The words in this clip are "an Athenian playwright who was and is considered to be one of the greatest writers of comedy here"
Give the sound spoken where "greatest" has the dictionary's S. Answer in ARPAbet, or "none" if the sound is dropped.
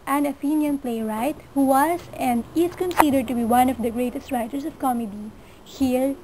S